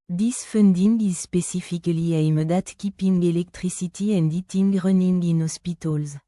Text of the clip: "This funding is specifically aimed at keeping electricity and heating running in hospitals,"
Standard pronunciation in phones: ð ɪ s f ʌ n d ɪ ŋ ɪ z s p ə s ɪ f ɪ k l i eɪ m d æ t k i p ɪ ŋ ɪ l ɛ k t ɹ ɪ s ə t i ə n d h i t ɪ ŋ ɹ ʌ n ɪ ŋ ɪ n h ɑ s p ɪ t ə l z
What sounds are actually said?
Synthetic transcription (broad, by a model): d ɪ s f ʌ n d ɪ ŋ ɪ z s p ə s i f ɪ k l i eɪ m d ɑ t k i p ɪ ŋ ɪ l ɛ k t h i s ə t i ə n d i t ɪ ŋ ɹ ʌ n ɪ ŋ ɪ n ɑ s p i t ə l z